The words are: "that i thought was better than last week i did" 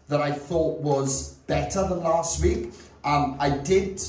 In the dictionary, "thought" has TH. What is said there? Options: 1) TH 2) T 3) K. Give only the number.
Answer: 1